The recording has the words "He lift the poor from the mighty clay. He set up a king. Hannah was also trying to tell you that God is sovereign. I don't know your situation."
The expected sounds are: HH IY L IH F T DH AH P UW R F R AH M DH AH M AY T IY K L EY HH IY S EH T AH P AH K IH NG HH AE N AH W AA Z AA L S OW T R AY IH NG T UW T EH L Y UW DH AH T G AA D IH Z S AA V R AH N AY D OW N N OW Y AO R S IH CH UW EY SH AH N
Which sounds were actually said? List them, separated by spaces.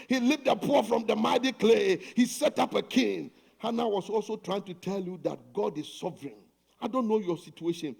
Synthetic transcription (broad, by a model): HH IY L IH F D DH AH P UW F R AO M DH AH M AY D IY K L EY HH IY S EH T AH P AH K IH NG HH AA N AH W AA S AA L S OW T R AY IH NG T UW T EH L Y UW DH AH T G AA D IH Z S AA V R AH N AY D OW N N OW Y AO S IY CH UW EY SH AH N